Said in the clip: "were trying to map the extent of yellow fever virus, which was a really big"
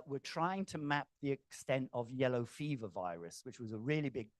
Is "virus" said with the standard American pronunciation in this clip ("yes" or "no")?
yes